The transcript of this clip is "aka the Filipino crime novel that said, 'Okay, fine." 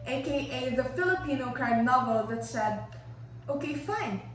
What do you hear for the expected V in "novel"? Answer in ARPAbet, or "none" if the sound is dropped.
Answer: V